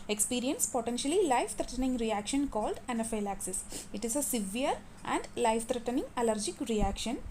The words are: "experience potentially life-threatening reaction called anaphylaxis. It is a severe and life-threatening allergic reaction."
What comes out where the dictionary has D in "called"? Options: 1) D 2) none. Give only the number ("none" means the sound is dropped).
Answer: 1